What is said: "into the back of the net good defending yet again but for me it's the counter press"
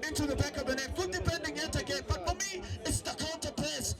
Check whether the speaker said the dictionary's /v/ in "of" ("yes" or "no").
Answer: yes